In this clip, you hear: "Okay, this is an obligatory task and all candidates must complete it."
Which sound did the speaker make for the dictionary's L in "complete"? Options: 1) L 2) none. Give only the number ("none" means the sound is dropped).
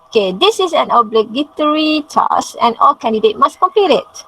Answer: 2